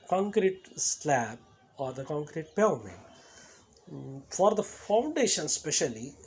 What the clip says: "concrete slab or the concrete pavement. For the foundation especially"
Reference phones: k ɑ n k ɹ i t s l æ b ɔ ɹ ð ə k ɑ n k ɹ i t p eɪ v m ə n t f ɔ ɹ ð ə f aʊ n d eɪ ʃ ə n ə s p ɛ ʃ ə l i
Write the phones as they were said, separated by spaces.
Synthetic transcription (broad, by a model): k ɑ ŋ k ɹ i t s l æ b ɔ ɹ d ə k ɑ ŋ k ɹ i t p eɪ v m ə t f ɔ ɹ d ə f aʊ n d eɪ ʃ ə n s p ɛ ʃ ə l i